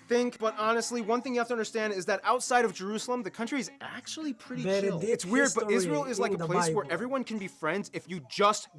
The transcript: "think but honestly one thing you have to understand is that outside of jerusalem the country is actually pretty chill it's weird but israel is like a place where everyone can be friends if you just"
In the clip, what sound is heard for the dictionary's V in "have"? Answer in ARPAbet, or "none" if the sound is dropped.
F